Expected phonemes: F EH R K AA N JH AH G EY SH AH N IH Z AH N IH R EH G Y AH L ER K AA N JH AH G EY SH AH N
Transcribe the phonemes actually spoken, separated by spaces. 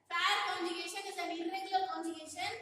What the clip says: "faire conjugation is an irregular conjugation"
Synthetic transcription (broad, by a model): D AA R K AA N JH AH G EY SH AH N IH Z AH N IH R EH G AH ER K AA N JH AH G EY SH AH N